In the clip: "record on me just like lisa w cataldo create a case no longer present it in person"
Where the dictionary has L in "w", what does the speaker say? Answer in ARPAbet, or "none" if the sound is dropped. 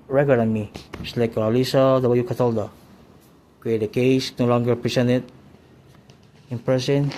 none